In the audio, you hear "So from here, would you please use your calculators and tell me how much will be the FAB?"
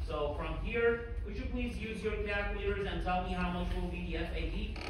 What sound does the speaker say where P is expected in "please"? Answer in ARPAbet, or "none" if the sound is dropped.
P